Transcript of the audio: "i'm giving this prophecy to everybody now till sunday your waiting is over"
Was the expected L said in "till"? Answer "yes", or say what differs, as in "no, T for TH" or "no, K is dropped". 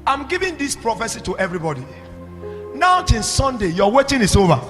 no, N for L